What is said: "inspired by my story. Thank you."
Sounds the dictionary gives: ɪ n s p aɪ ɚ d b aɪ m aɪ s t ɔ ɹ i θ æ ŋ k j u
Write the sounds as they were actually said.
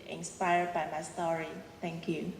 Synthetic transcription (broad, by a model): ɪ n s p aɪ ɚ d b aɪ m aɪ s t ɔ ɹ i t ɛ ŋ k j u